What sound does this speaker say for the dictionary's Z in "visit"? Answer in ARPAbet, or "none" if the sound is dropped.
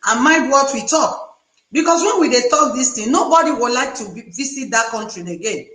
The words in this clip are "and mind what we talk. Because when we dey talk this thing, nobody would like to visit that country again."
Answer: S